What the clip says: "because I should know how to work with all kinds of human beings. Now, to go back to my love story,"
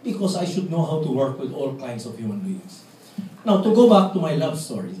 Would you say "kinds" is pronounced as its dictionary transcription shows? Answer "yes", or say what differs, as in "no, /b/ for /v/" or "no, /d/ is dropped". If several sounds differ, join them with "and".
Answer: no, /s/ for /z/